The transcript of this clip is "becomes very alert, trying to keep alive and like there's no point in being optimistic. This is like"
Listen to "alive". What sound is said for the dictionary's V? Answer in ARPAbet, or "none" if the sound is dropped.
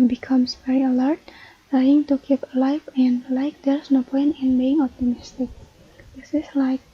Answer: F